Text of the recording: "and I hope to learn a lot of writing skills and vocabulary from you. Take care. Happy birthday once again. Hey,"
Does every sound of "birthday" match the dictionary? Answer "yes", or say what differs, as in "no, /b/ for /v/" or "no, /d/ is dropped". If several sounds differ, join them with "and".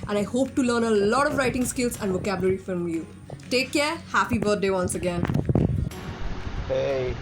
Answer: no, /t/ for /θ/